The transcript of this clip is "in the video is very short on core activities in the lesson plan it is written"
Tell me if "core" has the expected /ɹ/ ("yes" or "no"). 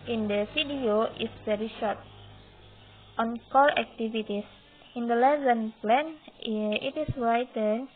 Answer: no